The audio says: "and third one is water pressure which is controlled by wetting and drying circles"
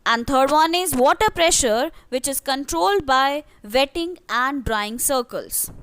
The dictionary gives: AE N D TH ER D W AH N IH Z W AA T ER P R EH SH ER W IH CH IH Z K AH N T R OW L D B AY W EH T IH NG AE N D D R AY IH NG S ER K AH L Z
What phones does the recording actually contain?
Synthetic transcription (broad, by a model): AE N D T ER D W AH N IH Z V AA T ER P R EH SH ER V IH CH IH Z K AH N T R OW L D B AY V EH T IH NG AE N D D R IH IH NG S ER K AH L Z